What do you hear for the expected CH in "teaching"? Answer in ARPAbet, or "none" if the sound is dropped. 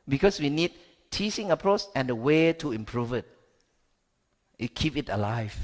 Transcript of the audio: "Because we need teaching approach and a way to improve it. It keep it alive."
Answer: S